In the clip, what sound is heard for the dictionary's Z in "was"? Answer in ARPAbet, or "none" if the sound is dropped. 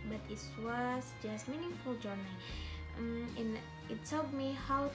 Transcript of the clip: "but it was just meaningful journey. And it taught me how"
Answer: S